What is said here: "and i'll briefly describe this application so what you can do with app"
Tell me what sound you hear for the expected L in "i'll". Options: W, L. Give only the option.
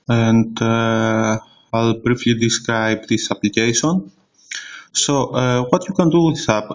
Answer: L